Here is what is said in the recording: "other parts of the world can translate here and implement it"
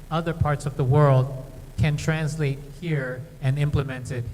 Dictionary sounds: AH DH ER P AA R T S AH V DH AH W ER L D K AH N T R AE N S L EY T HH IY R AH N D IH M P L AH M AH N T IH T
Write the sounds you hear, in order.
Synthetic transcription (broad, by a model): AH DH ER P AA R T S AH V DH AH W ER L D K AH N T R AE N S L EY T HH IY R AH N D IH M P L AH M AH N T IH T